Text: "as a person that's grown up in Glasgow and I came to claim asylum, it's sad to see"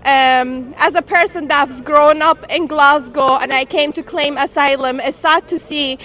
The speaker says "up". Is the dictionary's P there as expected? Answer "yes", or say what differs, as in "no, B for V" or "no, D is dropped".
yes